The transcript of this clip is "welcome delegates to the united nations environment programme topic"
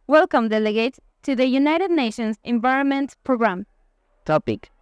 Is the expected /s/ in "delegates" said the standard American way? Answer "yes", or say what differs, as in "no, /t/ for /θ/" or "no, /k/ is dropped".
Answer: no, /s/ is dropped